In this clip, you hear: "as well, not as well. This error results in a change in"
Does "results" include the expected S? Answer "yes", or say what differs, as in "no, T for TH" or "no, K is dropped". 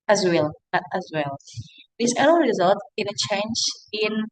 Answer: no, S is dropped